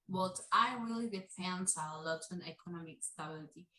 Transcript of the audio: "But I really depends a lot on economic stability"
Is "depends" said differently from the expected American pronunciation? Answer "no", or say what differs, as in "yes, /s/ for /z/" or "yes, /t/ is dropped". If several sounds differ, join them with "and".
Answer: yes, /f/ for /p/